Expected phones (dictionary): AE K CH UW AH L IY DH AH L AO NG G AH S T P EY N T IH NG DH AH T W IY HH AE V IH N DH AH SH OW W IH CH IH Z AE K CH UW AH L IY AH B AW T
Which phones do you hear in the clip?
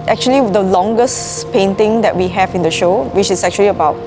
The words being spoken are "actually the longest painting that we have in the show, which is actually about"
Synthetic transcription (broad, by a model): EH K CH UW AH L IY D AH L AO NG G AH S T P EY N T IH NG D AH T W IY HH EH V IH N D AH SH OW W IH CH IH S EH K CH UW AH L IY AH B AW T